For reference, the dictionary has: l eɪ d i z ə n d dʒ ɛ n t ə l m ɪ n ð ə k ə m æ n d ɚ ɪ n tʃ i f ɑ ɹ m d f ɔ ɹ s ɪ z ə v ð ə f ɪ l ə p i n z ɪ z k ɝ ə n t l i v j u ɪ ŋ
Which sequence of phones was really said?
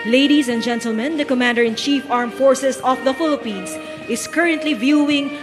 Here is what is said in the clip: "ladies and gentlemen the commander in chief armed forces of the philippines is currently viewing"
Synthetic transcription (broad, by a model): l eɪ d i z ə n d dʒ ɛ n t ə l m ɪ n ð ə k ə m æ n d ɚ ɪ n tʃ i f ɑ ɹ m f ɔ ɹ s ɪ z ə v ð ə f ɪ l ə p i n s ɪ s k ɝ ə n t l i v j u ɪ ŋ